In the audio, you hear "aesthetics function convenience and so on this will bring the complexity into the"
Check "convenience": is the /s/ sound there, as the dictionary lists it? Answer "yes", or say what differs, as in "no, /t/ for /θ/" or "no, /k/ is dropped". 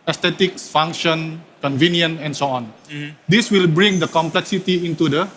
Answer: no, /s/ is dropped